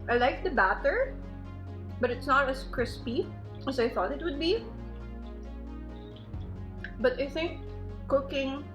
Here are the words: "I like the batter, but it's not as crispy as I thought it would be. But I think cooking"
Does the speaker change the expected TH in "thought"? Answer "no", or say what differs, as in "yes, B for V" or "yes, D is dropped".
no